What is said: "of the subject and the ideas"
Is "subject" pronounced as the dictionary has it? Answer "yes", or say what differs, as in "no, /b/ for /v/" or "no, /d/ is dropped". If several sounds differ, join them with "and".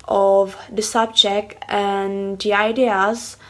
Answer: yes